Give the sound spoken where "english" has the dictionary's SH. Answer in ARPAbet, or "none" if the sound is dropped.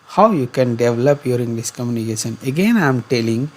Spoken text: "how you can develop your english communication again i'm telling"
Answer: S